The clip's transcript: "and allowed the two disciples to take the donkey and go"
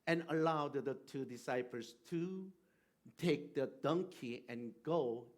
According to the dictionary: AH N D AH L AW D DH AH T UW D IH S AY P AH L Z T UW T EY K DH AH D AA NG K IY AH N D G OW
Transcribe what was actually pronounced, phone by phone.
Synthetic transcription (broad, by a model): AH N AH L AW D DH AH T UW D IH S AY P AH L S T UW T EY K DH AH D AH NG K IY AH N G OW